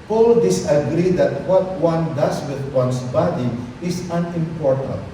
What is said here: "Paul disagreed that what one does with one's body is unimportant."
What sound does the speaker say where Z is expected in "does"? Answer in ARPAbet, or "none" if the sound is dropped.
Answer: S